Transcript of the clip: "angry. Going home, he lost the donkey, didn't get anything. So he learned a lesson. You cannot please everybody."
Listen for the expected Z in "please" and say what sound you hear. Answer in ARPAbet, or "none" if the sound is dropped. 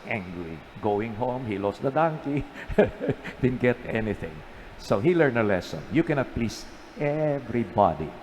S